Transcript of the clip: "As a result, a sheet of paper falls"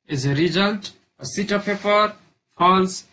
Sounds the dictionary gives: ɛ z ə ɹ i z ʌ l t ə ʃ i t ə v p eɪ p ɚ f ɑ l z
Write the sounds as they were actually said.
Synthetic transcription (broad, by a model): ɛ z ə ɹ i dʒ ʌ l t ə s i t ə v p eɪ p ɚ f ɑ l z